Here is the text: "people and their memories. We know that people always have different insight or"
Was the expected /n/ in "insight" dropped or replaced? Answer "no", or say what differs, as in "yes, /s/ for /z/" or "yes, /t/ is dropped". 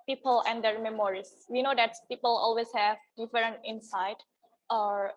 no